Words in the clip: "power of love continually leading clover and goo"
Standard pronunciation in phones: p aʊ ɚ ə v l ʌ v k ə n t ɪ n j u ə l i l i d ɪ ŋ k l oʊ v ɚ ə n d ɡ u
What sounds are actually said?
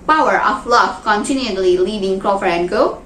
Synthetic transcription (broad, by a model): p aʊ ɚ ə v l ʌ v k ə n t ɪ n j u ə l i l i d ɪ ŋ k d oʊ f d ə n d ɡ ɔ